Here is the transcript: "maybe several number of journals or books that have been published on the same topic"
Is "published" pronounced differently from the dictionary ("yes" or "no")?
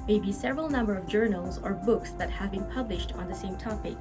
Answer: no